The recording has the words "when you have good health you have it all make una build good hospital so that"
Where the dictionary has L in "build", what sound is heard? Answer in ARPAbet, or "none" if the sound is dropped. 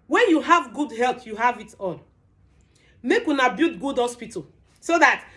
none